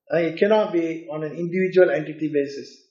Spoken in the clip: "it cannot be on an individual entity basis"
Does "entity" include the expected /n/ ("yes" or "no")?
yes